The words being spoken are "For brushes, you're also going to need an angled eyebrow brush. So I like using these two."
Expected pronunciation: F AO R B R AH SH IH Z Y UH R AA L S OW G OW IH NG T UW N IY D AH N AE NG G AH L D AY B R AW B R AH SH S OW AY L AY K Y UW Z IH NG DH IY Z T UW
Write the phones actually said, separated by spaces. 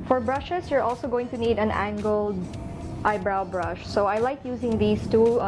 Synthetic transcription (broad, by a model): F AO R B R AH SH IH S Y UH R AA L S OW G OW IH NG T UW N IY D AH N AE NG G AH L D AY B R AW B R AH SH S OW AY L AY K Y UW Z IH NG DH IY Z T UW